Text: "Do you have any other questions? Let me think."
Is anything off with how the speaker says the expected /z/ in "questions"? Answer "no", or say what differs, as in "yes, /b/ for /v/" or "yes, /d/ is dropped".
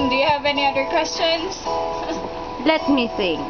yes, /s/ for /z/